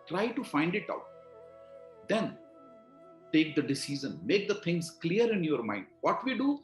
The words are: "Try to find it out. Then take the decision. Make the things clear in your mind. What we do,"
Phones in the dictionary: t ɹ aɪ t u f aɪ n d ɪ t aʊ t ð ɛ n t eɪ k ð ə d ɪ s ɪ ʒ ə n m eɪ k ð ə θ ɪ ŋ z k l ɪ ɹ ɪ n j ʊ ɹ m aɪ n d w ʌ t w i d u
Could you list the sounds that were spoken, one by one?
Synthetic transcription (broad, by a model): t ɹ aɪ t u f aɪ n d ɪ t aʊ t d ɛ n t eɪ k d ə d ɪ s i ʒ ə n m eɪ k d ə t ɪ ŋ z k l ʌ ɹ ɪ n j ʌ ɹ m aɪ n d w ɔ t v i d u